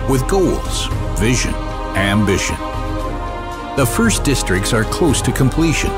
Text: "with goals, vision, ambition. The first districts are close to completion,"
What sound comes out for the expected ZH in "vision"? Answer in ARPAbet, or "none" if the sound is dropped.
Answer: ZH